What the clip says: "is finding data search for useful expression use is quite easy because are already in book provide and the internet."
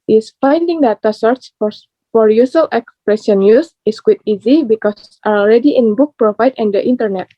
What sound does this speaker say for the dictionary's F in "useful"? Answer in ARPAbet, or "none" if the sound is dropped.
none